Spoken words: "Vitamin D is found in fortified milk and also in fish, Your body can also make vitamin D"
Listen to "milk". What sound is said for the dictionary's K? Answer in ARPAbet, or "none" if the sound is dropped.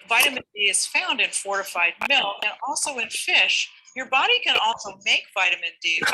none